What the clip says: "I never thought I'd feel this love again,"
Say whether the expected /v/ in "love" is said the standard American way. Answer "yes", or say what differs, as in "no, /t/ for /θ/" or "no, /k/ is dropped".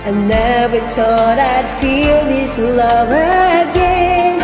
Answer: yes